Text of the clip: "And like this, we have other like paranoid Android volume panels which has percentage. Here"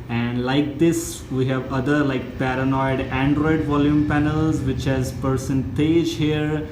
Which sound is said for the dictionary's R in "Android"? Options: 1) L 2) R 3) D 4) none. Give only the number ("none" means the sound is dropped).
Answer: 2